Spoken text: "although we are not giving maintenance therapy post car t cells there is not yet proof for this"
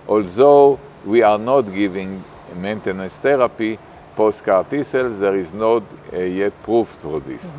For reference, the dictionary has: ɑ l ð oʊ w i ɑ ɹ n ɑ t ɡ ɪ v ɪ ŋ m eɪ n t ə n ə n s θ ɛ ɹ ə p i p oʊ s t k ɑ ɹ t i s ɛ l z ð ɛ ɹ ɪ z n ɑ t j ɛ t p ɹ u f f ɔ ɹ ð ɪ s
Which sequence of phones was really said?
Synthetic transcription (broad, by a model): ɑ l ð oʊ w i ɑ ɹ n ɑ t ɡ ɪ v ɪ ŋ m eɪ n t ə n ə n s t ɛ ɹ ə p i p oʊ s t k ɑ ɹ t i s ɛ l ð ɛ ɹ ɪ z n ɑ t j ɛ t p ɹ u f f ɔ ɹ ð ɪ s